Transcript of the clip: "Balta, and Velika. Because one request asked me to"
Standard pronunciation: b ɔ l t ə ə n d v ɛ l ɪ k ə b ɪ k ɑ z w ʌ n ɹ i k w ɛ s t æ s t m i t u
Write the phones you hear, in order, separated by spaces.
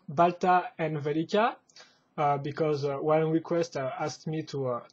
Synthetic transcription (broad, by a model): b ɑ l t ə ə n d v ɛ l ɪ k ə b ɪ k ɑ z w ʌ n ɹ i k w ɛ s t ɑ s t m i t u